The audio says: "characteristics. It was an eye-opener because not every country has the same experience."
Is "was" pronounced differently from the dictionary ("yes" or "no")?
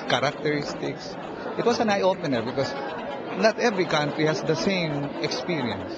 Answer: yes